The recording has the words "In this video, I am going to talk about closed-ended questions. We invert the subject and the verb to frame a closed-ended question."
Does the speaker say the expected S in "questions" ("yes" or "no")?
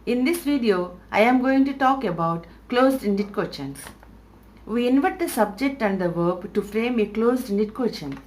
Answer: no